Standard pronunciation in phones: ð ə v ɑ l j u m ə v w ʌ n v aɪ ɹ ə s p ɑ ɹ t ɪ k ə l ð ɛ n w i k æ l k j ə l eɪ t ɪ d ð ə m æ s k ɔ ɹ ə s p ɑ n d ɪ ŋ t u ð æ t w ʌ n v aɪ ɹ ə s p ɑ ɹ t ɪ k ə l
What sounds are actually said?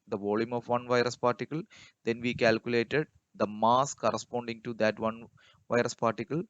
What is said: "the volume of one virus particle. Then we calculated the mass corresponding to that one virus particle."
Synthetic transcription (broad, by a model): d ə v ɑ l j u m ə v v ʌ n v aɪ ɹ ə s p ɑ ɹ t ɪ k ə l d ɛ n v i k æ l k j ə l eɪ t ɪ d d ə m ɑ s k ɔ ɹ ə s p ɑ n d ɪ ŋ t u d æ t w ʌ n v aɪ ɹ ə s p ɑ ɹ t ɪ k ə l